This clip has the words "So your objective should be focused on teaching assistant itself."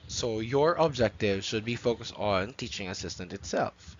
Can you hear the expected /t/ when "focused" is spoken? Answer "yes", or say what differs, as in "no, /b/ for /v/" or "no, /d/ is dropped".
yes